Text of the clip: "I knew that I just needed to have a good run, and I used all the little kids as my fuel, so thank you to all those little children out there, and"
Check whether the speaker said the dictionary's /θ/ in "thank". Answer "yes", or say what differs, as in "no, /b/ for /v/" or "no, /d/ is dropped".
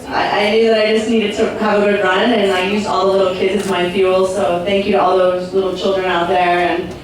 yes